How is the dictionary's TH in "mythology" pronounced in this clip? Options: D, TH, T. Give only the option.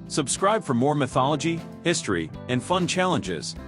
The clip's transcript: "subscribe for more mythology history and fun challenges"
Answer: TH